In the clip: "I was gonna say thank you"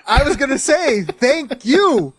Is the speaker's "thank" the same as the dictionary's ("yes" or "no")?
yes